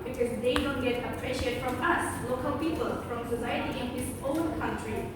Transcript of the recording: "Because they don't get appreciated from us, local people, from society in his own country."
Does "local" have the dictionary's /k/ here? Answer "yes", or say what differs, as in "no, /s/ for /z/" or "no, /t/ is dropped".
yes